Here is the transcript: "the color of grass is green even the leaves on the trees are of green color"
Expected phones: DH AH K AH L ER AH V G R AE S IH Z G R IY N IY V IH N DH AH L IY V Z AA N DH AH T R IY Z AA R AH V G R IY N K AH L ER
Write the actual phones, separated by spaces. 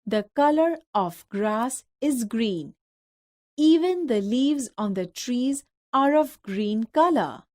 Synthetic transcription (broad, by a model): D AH K AH L ER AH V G R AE S IH Z G R IY N IY V IH N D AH L IY V Z AA N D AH T R IY Z AA R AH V G R IY N K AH L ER